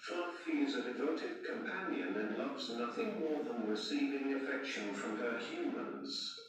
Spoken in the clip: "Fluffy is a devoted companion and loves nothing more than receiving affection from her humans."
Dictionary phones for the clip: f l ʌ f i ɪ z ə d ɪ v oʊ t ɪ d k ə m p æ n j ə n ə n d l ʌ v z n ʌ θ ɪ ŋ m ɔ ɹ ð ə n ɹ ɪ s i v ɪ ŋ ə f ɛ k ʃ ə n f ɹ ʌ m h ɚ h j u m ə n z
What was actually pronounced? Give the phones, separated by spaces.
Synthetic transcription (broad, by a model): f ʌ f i z ə d ɪ v oʊ t ɪ d k ə m p æ n j ə n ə n l ʌ v z n ʌ θ ɪ ŋ m ɔ ɹ ð ə n w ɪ s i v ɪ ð ə f ɛ k ʃ ə n f ɹ ʌ m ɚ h j u m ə n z